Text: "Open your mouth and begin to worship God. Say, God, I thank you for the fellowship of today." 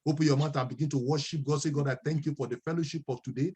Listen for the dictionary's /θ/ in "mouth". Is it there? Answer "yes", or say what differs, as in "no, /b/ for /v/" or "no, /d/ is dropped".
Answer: no, /t/ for /θ/